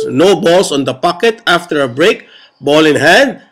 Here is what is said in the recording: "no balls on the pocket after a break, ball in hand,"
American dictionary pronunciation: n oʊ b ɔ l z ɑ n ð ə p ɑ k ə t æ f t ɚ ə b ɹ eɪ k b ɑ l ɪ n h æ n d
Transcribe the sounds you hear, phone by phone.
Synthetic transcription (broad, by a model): n oʊ b ɔ l s ɑ n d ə p ɑ k ə t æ f t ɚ ə b ɹ eɪ k b ɑ l ɪ n h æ n d